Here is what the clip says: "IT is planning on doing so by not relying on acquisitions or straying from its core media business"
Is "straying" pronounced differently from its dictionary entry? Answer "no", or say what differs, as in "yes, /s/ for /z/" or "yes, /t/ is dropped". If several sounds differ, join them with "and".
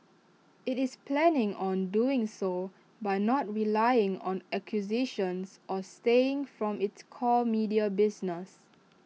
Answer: yes, /ɹ/ is dropped